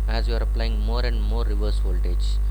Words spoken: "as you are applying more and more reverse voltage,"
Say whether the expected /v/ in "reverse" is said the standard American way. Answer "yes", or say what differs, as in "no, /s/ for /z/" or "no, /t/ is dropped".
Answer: yes